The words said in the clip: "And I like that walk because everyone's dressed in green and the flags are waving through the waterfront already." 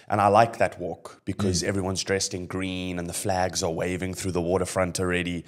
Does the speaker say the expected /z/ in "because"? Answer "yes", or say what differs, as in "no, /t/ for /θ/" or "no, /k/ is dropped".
yes